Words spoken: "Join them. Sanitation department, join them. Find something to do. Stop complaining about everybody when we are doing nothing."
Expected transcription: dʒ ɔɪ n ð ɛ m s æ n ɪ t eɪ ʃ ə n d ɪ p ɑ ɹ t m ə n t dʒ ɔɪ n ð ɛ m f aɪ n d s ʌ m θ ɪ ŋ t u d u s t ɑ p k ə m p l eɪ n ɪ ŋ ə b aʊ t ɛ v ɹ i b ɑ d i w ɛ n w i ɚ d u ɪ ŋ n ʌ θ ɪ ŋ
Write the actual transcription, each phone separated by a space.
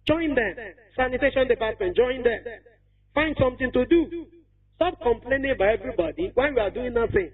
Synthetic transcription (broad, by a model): dʒ ɔɪ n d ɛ m s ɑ n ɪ t eɪ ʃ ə n d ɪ p ɑ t m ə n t dʒ ɔɪ n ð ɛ m f aɪ n d s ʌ m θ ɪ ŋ t u d u s t ɑ p k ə m p l eɪ n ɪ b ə ɪ ɛ v ɹ i b ɑ d i w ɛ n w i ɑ d u ɪ ŋ n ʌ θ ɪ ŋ